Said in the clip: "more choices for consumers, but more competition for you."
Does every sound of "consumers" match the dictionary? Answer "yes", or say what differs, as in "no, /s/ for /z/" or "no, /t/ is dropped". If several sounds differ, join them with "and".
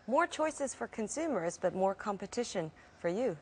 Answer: yes